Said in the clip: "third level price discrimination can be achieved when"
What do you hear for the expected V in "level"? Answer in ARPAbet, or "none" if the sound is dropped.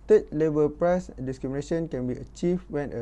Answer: B